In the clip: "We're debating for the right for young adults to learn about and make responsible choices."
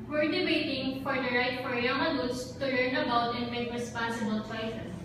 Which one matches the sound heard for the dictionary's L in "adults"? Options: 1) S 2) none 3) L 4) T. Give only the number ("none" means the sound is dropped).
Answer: 2